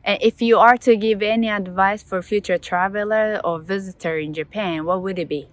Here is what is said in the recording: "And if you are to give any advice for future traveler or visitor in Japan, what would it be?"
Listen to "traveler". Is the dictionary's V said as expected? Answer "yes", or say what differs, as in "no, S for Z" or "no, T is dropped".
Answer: yes